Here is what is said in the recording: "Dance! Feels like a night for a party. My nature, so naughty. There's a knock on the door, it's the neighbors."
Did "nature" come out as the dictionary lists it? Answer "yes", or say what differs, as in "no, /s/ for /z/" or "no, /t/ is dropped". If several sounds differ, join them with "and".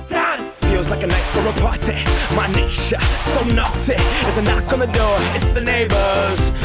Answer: no, /ʃ/ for /tʃ/